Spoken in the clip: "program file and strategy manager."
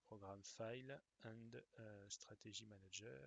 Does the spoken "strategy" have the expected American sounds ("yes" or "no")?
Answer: no